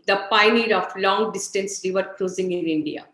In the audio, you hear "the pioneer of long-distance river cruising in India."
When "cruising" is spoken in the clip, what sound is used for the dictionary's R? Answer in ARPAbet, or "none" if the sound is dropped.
L